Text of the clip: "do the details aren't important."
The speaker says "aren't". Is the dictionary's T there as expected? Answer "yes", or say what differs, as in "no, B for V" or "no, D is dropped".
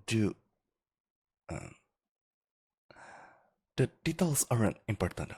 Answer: no, T is dropped